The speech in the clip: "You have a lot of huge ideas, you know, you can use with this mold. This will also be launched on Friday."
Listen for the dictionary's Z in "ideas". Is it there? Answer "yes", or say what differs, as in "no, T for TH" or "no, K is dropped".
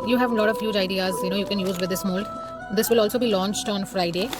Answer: yes